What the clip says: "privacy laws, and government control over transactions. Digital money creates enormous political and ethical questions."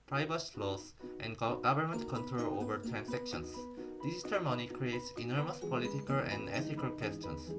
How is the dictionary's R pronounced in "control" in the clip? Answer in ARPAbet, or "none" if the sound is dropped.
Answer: R